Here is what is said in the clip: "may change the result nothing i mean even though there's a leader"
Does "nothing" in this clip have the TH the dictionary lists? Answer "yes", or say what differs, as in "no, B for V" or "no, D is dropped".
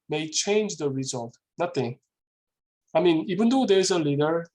no, T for TH